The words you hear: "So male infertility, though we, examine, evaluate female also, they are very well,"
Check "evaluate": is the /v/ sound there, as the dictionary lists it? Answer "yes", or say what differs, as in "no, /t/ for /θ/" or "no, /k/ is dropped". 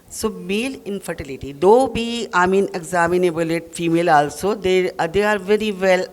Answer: no, /b/ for /v/